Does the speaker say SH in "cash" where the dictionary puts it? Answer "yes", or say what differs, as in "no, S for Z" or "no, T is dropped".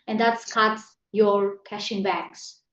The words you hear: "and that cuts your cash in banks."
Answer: yes